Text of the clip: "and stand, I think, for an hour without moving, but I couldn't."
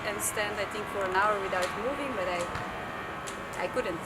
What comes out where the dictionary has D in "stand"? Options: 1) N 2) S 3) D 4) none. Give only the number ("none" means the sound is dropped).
3